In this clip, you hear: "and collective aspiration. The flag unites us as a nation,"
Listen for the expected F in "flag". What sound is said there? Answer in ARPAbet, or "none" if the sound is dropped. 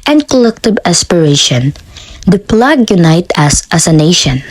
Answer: P